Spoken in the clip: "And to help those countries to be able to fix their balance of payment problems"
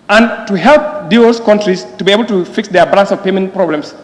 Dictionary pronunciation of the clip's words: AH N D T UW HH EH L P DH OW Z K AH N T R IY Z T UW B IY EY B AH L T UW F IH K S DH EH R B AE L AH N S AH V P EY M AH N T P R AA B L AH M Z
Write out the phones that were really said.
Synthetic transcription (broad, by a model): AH N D T UW HH EH L P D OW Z K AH N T R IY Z T UW B IY EY B AH L T UW F IH K S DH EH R B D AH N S AH V P EY M AH N T P R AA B L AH M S